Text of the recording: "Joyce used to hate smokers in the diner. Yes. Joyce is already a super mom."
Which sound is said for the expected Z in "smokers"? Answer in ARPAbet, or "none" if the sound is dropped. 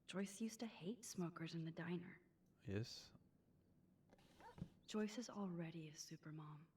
Z